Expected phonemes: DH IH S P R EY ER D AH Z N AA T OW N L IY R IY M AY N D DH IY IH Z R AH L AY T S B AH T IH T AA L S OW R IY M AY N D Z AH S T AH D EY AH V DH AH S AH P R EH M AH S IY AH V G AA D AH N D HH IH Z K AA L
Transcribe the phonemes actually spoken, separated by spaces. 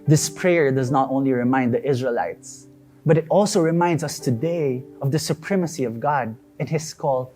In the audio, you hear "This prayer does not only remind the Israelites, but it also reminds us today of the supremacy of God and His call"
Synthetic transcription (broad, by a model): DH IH S P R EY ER D AH Z N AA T OW N L IY R IY M AY N D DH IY IH Z R AH L AY T S B AH T IH T AA L S OW R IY M AY N D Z AH S T AH D EY AH V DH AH S AH P R EH M AH S IY AH V G AA D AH N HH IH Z K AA L